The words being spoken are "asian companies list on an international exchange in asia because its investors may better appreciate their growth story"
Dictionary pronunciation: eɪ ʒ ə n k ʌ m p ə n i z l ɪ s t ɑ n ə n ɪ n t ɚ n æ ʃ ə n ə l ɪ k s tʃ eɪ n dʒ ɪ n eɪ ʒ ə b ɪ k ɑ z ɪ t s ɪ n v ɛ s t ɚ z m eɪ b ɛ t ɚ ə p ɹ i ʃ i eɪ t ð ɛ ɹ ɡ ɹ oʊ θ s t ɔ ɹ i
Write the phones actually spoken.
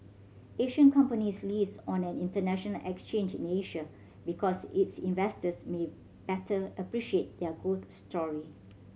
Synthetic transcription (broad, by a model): eɪ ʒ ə n k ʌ m p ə n i s l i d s ɑ n ə n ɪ n t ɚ n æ ʃ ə n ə l ɪ k s tʃ eɪ n dʒ ɪ n eɪ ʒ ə b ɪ k ɑ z ɪ t s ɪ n v ɛ s t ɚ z m eɪ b ɛ t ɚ ə p ɹ i ʃ i eɪ t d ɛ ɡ oʊ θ s t ɔ ɹ i